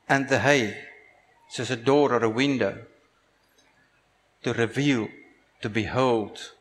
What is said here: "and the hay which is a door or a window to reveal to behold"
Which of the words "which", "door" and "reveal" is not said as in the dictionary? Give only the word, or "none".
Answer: which